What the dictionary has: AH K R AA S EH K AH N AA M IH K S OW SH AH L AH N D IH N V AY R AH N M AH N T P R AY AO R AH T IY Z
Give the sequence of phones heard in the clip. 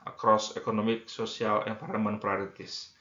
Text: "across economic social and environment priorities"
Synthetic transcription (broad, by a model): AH K R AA S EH K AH N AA M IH K S OW S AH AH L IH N P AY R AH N M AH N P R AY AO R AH T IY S